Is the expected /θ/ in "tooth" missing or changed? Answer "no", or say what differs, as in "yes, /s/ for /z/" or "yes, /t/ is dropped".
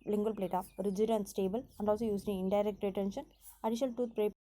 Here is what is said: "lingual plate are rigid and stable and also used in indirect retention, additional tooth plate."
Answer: yes, /t/ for /θ/